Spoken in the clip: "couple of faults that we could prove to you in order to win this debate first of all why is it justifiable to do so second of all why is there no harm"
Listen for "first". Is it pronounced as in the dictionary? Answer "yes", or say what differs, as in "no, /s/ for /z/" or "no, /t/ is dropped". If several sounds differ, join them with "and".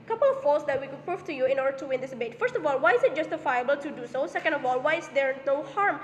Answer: yes